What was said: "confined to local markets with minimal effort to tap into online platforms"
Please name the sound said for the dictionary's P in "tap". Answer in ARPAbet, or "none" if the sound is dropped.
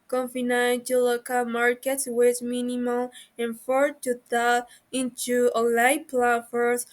none